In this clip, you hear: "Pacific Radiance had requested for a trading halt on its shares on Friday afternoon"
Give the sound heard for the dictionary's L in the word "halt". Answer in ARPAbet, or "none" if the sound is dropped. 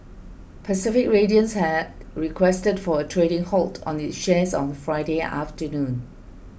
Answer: L